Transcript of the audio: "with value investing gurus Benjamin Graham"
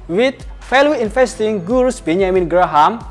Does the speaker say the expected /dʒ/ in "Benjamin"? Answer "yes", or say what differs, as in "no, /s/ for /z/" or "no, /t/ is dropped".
no, /dʒ/ is dropped